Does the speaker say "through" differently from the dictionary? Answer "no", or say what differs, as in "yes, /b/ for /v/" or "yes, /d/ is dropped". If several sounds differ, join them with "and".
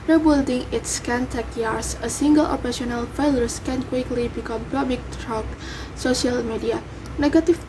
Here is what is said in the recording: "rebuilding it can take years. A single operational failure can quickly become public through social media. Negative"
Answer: yes, /t/ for /θ/